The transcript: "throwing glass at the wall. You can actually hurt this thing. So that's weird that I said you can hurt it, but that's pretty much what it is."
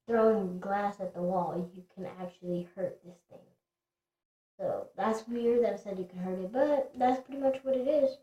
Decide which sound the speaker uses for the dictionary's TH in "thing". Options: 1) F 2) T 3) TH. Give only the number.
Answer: 3